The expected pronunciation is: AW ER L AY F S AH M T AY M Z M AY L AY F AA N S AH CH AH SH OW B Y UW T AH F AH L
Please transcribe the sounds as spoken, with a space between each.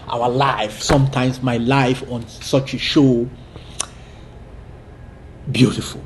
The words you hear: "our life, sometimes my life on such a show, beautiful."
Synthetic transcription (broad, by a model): AW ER L AY F S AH M T AY M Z M AY L AY F AA N S AH CH AH SH OW B Y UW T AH F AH L